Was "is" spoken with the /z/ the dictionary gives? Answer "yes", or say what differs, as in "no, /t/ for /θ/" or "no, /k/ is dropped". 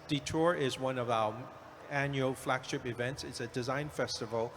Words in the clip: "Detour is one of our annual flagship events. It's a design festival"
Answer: yes